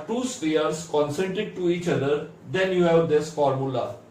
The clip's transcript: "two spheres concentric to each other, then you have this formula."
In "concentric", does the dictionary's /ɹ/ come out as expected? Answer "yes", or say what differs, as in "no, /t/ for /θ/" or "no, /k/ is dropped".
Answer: no, /ɹ/ is dropped